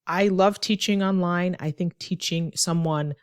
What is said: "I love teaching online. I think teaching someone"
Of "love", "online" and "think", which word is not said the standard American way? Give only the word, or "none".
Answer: none